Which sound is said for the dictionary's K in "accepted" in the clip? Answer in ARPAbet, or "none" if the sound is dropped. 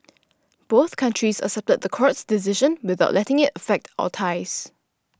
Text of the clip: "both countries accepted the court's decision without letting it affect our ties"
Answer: none